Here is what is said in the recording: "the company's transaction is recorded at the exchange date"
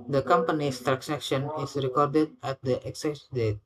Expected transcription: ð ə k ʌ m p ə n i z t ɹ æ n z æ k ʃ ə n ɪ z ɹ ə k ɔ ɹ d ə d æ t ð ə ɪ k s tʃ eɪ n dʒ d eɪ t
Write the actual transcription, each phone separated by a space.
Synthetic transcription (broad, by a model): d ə k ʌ m p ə n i s t ɹ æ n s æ k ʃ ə n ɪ s ɹ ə k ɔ ɹ d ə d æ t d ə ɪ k s eɪ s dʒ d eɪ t